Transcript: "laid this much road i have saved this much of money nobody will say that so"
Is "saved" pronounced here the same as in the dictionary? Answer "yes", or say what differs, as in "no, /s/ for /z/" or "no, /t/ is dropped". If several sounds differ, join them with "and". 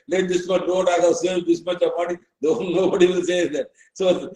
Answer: no, /v/ is dropped